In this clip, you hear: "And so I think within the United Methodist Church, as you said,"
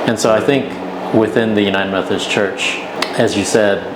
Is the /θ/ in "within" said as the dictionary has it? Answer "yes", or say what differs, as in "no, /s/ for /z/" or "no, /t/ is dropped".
yes